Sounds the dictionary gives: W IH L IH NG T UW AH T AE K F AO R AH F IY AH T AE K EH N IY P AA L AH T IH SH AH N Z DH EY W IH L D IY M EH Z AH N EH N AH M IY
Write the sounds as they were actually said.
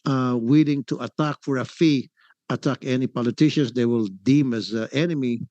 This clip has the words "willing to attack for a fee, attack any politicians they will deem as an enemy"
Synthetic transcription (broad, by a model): W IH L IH NG T UW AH T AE K F AO R AH F IY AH T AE K EH N IY P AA L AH T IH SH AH N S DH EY W IH L D IY M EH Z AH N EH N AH M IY